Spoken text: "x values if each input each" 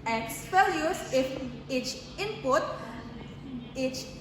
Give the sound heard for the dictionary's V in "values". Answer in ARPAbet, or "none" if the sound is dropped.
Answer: P